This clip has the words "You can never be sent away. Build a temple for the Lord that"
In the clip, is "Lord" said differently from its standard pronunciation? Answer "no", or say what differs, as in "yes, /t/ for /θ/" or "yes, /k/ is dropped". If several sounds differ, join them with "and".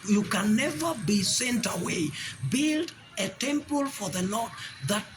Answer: yes, /n/ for /l/